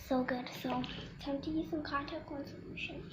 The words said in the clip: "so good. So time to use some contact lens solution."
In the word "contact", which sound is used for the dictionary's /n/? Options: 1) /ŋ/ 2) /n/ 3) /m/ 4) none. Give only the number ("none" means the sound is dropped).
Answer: 4